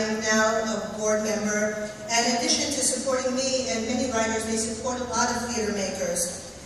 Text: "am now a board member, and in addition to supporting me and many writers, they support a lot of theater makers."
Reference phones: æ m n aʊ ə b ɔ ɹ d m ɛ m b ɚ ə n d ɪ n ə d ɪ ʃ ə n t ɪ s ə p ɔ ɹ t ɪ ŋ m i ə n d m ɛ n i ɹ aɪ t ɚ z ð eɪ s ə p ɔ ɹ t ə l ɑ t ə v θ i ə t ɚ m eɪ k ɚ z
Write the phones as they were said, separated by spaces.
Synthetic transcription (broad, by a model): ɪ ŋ n aʊ ə b ɔ ɹ d m ɛ m b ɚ ə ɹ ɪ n ə d ɪ ʃ ə n t ɪ s ə p ɔ ɹ t ɪ ŋ m i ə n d m ɛ n i ɹ aɪ t ɚ z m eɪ s ə p ɔ ɹ t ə l ɑ t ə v f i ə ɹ m eɪ k ɚ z